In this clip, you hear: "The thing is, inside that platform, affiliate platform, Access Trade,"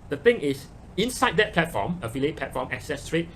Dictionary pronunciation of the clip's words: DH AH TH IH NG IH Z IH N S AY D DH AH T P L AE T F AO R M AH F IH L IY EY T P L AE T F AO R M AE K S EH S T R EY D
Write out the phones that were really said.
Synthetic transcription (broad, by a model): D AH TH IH NG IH S IH N S AY D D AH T P L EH T F AO M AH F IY L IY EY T P L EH T F AO M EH K S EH S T R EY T